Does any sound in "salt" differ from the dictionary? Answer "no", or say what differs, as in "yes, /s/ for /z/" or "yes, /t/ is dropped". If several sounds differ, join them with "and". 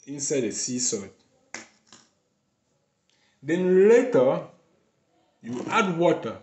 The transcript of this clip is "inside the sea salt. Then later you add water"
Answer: yes, /l/ is dropped